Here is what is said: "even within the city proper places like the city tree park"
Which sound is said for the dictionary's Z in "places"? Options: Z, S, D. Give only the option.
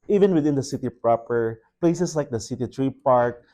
S